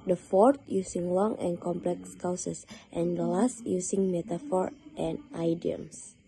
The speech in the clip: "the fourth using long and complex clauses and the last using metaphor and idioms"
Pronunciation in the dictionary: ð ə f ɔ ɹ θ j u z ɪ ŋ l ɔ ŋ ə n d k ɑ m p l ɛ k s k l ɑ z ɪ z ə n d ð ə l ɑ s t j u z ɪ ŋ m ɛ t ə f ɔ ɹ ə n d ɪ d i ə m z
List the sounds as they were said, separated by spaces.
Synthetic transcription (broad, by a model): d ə f ɔ ɹ t j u s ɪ ŋ l ɔ ŋ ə n k ɑ m p l ɛ k s k ɑ s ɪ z ə n d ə l ɑ s t j u s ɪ ŋ m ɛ t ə f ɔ ɹ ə n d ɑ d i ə m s